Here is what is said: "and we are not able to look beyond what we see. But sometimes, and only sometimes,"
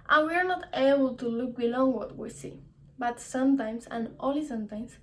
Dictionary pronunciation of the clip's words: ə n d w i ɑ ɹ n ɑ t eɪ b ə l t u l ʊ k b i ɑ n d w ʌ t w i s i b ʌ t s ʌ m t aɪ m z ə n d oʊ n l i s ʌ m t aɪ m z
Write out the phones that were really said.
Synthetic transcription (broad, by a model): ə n w i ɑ ɹ n ɑ t eɪ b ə l t u l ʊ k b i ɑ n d w ʌ t w i s i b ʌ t s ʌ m t aɪ m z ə n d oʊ l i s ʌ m t aɪ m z